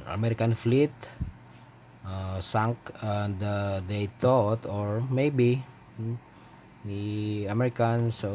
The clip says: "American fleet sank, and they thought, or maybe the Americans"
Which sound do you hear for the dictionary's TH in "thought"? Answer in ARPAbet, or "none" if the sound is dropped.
T